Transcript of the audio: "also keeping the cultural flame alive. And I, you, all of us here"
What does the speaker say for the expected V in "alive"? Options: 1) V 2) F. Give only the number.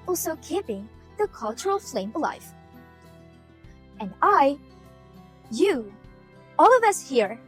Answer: 2